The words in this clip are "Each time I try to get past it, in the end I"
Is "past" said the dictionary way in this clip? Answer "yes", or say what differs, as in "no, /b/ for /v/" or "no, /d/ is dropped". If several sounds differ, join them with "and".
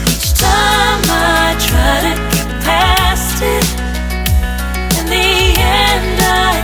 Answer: yes